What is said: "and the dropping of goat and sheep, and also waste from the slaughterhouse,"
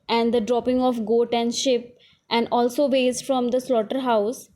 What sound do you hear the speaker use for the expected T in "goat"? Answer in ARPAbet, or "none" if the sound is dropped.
T